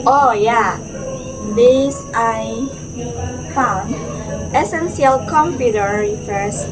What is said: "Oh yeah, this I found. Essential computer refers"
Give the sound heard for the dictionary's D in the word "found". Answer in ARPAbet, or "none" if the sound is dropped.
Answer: none